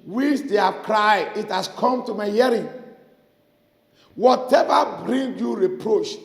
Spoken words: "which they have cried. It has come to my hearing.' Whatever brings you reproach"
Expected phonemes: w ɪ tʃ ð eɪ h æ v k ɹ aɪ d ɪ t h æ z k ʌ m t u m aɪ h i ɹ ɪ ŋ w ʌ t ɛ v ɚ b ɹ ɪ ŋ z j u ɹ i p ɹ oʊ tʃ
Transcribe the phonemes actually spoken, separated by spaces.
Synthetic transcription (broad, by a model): w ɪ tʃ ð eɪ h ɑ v k ɹ aɪ d ɪ t h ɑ s k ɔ m t u m aɪ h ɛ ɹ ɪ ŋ w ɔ t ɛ v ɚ b ɹ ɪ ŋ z j u ɹ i p ɹ oʊ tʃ